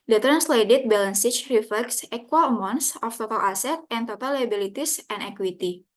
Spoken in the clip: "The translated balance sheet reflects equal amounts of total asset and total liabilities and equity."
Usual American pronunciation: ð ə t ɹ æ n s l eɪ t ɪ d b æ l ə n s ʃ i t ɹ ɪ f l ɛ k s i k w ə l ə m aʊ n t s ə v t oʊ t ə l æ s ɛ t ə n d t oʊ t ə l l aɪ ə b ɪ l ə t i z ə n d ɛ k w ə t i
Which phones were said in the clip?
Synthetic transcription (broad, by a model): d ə t ɹ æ n s l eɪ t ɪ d b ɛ l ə n s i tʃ ɹ ɪ f l ɛ k s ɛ k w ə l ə m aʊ n s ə f t oʊ t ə l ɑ s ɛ t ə n t oʊ t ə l l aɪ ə b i l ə t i s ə n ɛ k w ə t i